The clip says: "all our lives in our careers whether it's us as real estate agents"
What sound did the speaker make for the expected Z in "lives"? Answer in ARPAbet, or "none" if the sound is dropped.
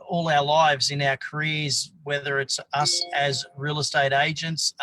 Z